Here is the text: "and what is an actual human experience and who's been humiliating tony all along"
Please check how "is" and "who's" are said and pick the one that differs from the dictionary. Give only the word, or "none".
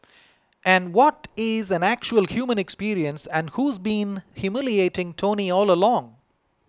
none